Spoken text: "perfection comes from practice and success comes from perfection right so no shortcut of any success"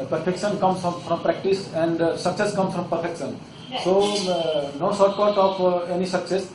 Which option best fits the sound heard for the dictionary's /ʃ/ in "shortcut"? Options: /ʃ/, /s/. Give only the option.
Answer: /s/